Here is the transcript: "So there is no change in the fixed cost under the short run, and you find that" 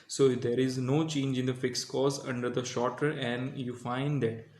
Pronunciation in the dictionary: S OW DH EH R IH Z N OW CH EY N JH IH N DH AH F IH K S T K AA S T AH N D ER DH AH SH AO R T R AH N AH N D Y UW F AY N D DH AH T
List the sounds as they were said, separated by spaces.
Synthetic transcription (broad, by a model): S OW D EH R IH Z N OW CH EY N JH IH N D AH F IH K S K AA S AH N D ER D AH SH AO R T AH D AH N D Y UW F AY N D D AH T